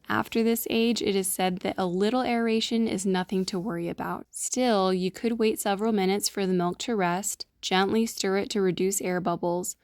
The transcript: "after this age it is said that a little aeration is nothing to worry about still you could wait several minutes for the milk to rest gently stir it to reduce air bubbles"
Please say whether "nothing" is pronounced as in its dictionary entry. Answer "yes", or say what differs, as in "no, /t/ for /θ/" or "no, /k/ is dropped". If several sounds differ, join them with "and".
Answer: yes